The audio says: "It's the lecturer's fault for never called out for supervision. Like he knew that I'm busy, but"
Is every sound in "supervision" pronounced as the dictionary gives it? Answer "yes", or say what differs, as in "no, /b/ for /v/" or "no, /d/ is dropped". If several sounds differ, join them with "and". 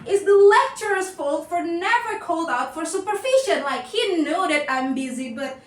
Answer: no, /f/ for /v/ and /ʃ/ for /ʒ/